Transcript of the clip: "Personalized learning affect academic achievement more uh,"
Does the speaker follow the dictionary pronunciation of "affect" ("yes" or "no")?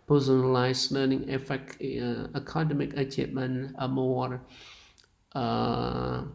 no